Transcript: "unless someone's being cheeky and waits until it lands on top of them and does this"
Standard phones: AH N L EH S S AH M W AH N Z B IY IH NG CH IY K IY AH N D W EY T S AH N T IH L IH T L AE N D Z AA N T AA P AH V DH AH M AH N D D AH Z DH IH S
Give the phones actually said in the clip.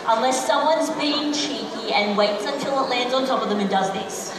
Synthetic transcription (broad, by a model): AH N L EH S S AH M W AH N Z B IY IH NG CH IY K IY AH N W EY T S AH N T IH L IH T L AE N D Z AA N T AA P AH V DH AH M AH N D D AH Z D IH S